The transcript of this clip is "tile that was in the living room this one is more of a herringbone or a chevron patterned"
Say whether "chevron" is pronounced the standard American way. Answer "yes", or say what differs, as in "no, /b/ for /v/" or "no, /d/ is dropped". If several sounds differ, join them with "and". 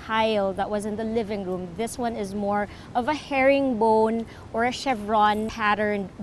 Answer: yes